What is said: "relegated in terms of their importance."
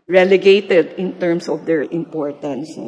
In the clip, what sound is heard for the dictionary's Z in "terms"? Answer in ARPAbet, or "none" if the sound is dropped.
S